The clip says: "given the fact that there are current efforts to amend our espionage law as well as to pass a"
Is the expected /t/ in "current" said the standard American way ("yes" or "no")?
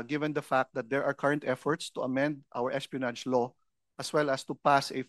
yes